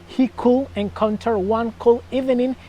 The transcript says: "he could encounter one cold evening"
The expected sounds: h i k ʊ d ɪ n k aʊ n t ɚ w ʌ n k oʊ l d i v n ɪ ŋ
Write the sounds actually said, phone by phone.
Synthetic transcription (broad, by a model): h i k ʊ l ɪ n k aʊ n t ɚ w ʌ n k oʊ l i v n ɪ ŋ